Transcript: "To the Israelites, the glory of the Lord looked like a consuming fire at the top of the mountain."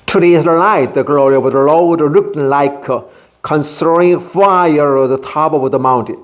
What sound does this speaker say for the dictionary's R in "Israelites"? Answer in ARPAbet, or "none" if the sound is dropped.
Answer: none